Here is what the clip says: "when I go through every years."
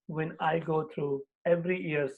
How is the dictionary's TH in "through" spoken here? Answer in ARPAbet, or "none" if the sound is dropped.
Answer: T